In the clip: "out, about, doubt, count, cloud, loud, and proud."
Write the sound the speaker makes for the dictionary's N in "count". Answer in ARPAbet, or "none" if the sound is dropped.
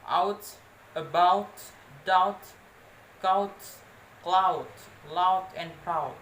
none